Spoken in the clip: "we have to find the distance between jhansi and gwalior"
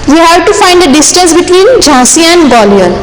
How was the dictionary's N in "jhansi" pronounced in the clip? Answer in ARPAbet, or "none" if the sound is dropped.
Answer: none